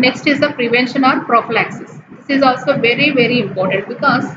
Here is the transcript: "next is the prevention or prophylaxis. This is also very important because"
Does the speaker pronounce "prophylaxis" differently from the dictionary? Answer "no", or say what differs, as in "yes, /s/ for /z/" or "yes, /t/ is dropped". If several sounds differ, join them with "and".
no